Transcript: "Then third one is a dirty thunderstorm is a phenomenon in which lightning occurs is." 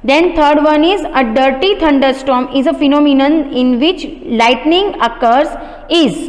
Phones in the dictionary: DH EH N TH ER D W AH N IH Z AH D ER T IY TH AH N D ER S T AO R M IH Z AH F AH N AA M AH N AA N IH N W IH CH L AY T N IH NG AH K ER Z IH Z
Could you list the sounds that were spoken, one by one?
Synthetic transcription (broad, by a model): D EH N T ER D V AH N IH Z AH D ER T IY T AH N D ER S T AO R M IH Z AH F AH N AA M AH N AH N IH N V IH CH L AY T N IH NG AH K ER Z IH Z